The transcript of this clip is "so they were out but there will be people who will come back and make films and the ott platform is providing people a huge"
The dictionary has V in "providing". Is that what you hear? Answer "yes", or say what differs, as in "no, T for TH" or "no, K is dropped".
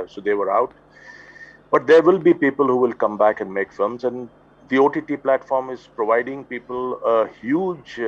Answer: yes